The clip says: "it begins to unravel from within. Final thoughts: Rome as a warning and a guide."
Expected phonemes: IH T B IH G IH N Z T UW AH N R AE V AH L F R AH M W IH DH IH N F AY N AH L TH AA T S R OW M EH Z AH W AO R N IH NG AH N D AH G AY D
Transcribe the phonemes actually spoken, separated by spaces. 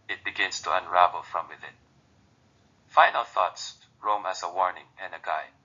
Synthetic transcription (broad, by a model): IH T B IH G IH N S T UW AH N R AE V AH L F R AH M W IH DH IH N F AY N AH L TH AA T S R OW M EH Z AH W AO R N IH NG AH N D AH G AY